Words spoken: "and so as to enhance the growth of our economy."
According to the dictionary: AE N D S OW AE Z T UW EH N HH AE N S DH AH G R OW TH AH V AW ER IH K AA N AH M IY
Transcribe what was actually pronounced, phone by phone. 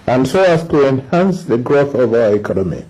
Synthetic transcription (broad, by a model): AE N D S OW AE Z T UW EH N HH AE N S DH AH G R OW TH AH V AW ER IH K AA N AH M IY